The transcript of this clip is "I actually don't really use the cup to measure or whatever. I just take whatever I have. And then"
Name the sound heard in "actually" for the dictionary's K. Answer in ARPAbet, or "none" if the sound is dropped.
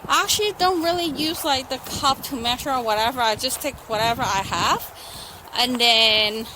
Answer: K